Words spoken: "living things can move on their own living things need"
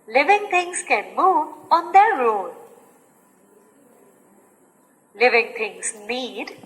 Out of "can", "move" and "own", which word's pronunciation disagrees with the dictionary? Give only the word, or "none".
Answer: own